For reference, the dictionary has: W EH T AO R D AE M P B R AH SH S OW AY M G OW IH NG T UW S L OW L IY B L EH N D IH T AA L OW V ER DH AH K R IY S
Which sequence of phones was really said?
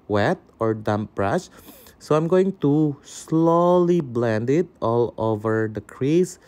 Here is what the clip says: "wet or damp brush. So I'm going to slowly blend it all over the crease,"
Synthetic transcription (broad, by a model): W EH T AO R D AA M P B R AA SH S OW AY M G OW IH NG T UW S L OW L IY B L EH N D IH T AA L OW V ER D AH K R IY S